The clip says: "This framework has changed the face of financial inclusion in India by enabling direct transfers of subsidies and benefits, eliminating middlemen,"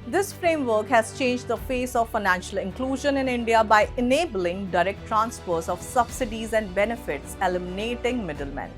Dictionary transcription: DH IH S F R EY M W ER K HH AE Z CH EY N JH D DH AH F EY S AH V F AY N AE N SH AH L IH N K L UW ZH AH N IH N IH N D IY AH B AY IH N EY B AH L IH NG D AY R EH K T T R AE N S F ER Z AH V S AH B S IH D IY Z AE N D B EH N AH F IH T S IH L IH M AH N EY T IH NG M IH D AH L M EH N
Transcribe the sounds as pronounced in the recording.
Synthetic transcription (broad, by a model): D IH S F R EY M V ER K HH AE Z CH EY N JH D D AH F EY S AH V F AY N AE N SH AH L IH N K L UW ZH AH N IH N IH N D IY AH B AY IH N EY B AH L IH NG D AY R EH K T T R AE N S P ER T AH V S AH B S IH D IY Z AE N D B EH N AH F IH T S IH L IH M AH N EY T IH NG M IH D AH L M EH N